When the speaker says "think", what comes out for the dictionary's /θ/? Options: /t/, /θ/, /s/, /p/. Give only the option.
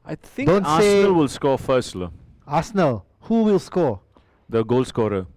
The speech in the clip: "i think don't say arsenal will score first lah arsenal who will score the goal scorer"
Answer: /t/